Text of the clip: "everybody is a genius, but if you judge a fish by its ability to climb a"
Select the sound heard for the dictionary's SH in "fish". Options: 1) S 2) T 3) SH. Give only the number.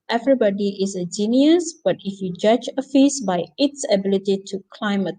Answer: 1